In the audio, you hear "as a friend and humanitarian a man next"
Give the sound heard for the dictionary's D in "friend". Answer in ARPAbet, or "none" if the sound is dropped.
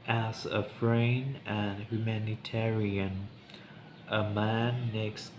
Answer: none